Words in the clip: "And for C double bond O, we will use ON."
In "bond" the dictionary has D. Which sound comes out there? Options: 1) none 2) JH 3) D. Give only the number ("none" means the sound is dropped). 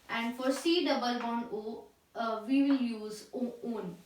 1